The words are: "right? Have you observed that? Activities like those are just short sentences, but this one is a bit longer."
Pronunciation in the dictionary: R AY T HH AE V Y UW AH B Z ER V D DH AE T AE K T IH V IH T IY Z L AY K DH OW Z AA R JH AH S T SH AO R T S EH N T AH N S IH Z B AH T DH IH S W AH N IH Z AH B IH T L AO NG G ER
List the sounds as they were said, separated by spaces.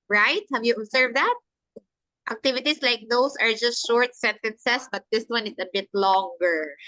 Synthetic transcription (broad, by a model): R AY T HH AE V Y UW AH B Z ER V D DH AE T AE K T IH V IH T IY S L AY K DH OW S AA R JH AH S T SH AO R T S EH N T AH N S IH S B AH T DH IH S W AH N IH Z AH B IH T L AO NG G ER